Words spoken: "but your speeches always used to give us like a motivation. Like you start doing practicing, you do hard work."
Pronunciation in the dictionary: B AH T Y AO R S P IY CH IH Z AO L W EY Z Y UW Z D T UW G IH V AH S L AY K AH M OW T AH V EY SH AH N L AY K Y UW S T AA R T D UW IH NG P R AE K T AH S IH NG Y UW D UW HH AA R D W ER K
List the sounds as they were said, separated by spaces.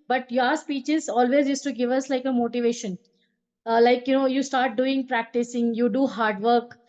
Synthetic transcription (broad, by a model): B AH T Y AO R S P IY CH IH Z AO L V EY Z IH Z T UW G IH V AH S L AY K AH M OW T AH V EY SH AH N L AY K Y UW S T AA R T D UW IH NG P R AE K T AH S IH NG Y UW D UW HH AA R D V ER K